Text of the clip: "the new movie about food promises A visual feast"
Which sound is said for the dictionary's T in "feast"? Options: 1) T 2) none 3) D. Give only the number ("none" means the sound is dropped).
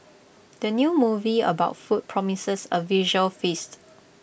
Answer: 1